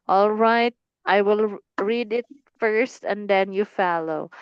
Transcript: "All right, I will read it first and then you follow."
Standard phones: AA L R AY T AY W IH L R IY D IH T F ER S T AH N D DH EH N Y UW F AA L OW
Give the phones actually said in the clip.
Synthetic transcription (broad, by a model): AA L R AY T AY W IH L R IY D IH T F ER S T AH N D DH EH N Y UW F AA L OW